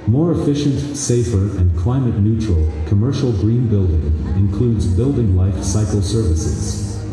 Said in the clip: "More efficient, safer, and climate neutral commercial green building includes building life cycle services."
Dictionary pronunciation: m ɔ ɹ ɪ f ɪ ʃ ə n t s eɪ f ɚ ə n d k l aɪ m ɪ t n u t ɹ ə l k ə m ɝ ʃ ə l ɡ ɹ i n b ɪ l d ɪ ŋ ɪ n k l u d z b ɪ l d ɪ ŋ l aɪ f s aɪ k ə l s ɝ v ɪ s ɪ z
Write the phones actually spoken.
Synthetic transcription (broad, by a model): m ɔ ɹ ɪ f ɪ ʃ ə n t s eɪ f ɚ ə n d k l aɪ m ɪ t n u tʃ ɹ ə l k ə m ɝ ʃ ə l ɡ ɹ i n b ɪ l d ɪ ŋ ɪ n k l u d z b ɪ l d ɪ ŋ l aɪ f s aɪ k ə l s ɝ v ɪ s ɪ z